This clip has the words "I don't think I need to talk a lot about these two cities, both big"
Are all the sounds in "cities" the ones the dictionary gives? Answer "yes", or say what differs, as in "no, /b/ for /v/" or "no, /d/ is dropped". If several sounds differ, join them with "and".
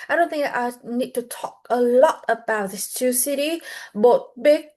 no, /z/ is dropped